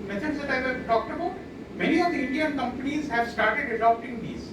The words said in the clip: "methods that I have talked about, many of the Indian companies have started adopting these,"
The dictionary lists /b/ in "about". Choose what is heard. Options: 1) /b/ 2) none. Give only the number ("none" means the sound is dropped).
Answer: 1